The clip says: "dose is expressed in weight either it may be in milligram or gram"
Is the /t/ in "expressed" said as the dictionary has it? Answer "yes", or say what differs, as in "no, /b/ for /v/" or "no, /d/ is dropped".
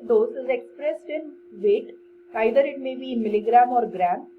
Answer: yes